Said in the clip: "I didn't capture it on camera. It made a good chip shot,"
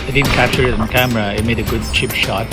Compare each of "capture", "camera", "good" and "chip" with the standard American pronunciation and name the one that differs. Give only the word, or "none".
capture